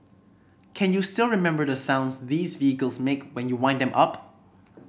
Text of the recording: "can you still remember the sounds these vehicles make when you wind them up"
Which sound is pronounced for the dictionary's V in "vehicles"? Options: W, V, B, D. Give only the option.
V